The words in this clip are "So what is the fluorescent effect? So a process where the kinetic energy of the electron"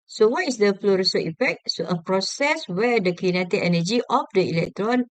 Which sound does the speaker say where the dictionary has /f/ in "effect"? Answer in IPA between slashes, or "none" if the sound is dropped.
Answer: /p/